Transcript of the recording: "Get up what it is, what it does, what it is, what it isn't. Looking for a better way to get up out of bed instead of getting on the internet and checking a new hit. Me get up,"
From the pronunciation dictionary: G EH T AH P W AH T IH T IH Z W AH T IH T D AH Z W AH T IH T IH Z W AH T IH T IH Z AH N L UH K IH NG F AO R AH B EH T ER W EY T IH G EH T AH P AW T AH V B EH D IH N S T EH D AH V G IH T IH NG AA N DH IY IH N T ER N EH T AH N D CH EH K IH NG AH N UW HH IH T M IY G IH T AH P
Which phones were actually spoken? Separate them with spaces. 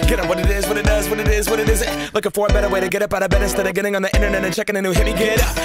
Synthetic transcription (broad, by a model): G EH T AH W AH T IH T IH Z W AH T IH T D AH Z W AH T IH T IH Z W AH T IH T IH Z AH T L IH K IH F AO R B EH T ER W EY T IH G EH T AH P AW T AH B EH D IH S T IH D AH G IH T IH NG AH N DH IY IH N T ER N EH T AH N CH EH K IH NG AH N UW HH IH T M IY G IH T